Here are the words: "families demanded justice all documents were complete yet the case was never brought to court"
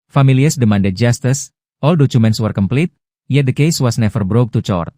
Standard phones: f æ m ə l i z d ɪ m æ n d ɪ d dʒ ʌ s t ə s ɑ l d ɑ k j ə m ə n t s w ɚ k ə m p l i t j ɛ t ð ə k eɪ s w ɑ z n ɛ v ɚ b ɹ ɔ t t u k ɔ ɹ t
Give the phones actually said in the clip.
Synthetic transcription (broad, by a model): f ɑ m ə l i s d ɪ m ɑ n d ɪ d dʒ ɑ s t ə s ɑ l d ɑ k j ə m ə n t s w ɚ k ə m p l i t j ɛ t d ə k eɪ s w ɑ s n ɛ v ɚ b ɹ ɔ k t u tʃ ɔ ɹ t